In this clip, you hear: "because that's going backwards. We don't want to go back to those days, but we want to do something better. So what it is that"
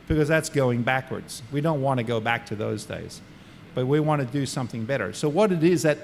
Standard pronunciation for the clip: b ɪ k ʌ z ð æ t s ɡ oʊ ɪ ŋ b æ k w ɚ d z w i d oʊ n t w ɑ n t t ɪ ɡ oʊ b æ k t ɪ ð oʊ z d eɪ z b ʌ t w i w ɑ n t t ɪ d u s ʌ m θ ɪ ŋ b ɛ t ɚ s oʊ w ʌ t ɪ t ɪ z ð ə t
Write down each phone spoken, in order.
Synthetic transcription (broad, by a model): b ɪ k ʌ z ð æ t s ɡ oʊ ɪ ŋ b æ k w ɚ d z w i d oʊ n t w ɑ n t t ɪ ɡ oʊ b æ k t ɪ ð oʊ z d eɪ z b ʌ t w i w ɑ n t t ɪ d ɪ s ʌ m θ ɪ ŋ b ɛ t ɚ s oʊ w ʌ t ɪ t ɪ z ð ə t